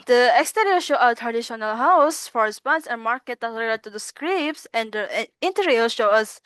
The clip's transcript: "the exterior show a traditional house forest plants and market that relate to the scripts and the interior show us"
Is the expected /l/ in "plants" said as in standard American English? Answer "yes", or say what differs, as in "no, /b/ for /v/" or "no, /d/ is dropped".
no, /l/ is dropped